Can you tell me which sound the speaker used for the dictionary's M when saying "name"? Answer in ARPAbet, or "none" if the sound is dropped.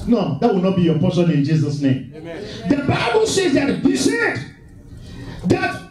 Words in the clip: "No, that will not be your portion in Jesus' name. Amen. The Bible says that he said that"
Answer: none